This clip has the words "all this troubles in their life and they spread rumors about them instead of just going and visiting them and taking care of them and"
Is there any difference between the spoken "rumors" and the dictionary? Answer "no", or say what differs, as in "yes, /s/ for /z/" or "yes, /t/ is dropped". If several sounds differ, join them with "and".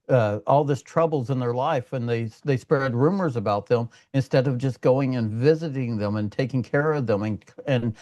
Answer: no